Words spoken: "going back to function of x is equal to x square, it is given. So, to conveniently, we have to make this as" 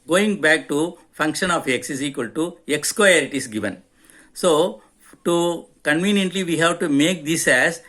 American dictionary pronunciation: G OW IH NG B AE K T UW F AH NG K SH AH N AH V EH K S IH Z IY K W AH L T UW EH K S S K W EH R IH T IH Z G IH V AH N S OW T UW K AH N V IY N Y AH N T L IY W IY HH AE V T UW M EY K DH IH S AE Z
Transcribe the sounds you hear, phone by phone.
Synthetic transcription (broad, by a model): G OW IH NG B AE K T UW F AH NG K SH AH N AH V EH K S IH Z IY K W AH L T UW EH K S S K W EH R IH T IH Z G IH V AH N S OW T UW K AH N V IY N Y AH N T L IY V IY HH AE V T UW M EY K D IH S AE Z